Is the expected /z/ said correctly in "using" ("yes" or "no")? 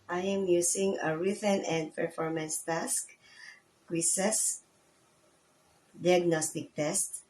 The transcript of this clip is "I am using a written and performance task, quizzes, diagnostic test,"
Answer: no